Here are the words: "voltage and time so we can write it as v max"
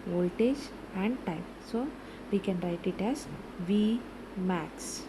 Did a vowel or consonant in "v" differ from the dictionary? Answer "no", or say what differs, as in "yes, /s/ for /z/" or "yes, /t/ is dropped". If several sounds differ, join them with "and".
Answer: no